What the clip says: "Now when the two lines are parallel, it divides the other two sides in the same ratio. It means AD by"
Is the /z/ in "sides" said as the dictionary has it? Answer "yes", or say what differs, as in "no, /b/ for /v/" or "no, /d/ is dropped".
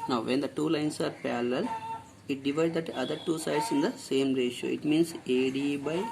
no, /s/ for /z/